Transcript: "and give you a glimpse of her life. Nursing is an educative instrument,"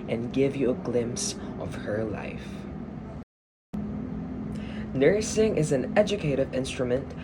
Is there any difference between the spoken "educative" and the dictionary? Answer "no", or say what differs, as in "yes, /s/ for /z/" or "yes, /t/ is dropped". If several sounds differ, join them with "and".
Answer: no